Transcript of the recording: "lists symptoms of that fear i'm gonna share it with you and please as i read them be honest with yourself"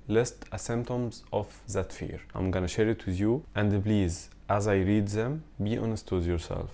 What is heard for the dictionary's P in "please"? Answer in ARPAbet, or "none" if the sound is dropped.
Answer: B